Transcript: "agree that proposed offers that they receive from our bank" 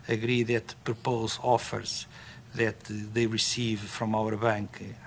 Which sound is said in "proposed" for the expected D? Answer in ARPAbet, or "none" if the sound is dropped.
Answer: none